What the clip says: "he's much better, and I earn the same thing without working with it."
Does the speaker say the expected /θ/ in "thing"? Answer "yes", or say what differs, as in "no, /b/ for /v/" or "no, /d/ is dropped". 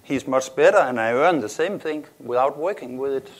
yes